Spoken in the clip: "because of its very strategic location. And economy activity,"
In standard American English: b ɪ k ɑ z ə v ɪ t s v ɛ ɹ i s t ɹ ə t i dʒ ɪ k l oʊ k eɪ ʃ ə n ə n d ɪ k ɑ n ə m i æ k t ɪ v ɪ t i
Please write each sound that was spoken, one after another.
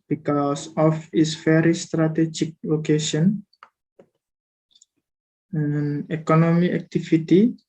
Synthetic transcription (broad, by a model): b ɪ k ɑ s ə f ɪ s f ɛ ɹ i s t ɹ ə t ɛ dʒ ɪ k l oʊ k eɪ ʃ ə n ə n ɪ k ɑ n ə m i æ k t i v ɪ t i